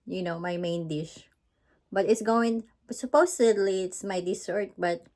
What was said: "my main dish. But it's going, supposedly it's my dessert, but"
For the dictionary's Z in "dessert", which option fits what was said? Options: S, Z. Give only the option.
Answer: S